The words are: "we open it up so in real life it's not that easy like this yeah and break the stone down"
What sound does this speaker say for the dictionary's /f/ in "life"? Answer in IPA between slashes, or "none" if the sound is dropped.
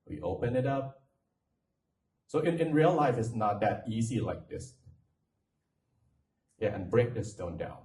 /f/